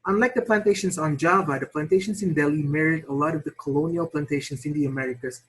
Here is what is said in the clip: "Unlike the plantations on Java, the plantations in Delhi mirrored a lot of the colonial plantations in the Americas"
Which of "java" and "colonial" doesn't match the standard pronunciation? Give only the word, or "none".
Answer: none